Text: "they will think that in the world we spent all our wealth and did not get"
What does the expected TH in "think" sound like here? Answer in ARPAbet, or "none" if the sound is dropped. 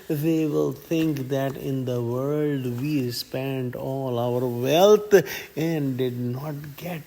T